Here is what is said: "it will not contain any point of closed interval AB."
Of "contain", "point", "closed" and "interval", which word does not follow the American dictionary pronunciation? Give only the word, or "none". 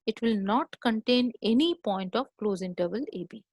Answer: closed